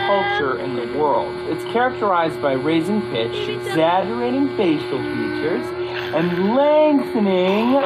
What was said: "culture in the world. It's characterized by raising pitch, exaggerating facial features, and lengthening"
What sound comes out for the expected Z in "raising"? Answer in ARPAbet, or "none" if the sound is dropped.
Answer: Z